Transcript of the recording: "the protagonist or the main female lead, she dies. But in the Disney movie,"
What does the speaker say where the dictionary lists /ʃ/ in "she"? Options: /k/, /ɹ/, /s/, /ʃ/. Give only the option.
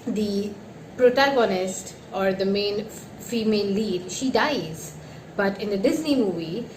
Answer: /ʃ/